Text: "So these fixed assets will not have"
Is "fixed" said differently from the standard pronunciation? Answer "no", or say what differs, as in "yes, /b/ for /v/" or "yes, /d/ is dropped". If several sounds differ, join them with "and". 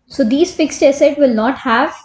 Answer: no